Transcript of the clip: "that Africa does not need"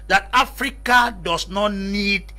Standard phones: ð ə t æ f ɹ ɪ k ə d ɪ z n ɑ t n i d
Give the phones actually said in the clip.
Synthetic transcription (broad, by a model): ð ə t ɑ f ɹ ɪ k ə d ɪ s n ɑ t n i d